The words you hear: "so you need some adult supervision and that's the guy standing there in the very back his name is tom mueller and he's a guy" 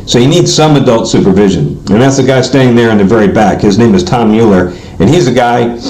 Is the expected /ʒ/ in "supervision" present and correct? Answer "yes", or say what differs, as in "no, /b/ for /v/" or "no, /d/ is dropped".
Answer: yes